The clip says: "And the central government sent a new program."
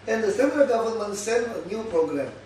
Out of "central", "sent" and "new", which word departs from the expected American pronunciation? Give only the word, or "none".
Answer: sent